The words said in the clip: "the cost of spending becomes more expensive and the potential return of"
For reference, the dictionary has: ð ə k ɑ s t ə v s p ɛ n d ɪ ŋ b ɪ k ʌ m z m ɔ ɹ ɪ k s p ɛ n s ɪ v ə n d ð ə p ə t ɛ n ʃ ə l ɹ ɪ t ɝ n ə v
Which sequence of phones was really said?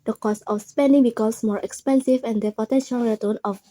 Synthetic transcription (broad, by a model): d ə k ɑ s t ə f s p ɛ n d ɪ ŋ b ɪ k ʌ m s m ɔ ɹ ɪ k s p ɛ n s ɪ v ə n d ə p ə t ɛ n ʃ ə l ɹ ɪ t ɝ n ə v